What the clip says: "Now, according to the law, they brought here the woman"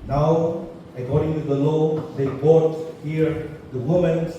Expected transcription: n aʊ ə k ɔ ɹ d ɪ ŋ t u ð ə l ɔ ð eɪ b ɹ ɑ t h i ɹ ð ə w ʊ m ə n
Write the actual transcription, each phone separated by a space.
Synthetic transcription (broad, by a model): n aʊ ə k ɔ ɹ d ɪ ŋ t u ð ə l ɔ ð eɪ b ɑ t h i ɹ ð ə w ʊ m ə n